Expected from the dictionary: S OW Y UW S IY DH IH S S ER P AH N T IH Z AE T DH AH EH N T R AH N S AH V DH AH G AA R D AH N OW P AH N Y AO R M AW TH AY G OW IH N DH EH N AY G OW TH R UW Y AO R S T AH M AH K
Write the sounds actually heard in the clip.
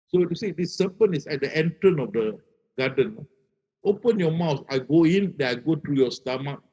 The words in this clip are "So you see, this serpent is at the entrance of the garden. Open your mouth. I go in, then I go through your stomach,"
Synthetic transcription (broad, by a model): S OW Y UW S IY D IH S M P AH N IH S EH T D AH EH N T R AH N AH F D AH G AA D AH N OW P AH N Y AO M AW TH AY G OW IH N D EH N AY G OW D R UW Y AO S T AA M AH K